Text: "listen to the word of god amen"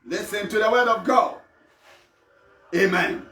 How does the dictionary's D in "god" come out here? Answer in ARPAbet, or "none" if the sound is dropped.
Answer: none